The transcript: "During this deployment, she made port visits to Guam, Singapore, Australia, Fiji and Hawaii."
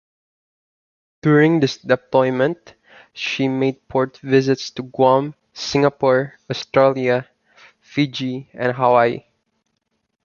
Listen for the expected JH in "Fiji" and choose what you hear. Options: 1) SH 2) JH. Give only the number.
2